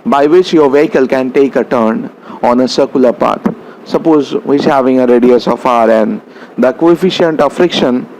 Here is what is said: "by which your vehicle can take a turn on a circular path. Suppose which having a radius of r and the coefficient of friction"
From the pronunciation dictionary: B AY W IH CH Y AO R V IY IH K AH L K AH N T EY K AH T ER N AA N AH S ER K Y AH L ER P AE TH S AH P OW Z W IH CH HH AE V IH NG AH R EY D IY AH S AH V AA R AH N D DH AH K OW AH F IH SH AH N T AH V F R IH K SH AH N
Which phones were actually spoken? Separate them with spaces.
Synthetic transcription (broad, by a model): B AY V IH CH Y AO R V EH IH K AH L K AH N T EY K AH T ER N AA N AH S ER K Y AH L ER P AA T S AH P OW Z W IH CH HH AE V IH NG AH R EY D IY AH S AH F AA R AH N D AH K OW AH F IH SH AH N T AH F R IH K SH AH N